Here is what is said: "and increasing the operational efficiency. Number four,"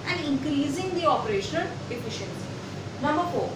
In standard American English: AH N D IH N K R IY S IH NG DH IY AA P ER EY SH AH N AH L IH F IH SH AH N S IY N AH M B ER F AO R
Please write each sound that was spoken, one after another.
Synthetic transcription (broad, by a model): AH N D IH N K R IY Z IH NG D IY AA P ER EY SH AH N AH L IH F IH SH AH N S IY N AH M B ER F AO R